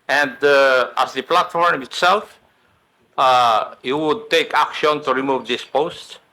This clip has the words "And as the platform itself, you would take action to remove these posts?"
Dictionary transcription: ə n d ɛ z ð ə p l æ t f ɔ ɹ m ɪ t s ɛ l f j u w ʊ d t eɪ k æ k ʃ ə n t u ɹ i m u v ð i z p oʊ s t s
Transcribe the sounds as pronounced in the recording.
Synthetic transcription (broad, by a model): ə n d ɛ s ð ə p l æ t f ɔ ɹ m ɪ t s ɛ l f j u w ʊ d t eɪ k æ k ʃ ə n t u ɹ i m u v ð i s p oʊ s t